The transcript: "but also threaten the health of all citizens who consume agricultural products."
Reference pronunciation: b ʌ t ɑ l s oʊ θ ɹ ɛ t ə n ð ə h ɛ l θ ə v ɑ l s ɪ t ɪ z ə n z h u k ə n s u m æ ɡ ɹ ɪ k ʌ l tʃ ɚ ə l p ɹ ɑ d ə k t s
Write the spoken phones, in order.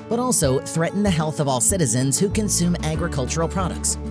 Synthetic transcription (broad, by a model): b ʌ t ɑ l s oʊ θ ɹ ɛ t n ð ə h ɛ l θ ə v ɑ l s ɪ t ɪ z ə n z h u k ə n s u m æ ɡ ɹ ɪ k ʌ l tʃ ɚ l p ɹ ɑ d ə k t s